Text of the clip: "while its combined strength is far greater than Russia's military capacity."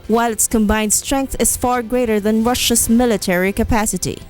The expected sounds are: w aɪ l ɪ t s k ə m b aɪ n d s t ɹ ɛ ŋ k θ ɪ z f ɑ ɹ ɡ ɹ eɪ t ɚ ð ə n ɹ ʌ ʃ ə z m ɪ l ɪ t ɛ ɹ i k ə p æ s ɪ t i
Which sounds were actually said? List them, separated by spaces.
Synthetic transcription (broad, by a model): w aɪ l ɪ t s k ə m b aɪ n d s t ɹ ɛ ŋ k θ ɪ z f ɑ ɹ ɡ ɹ eɪ t ɚ ð ə n ɹ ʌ ʃ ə s m ɪ l ɪ t ɛ ɹ i k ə p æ s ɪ t i